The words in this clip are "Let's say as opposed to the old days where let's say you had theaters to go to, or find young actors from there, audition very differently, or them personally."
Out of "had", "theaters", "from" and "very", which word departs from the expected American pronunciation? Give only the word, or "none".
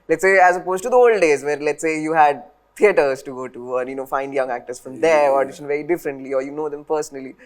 theaters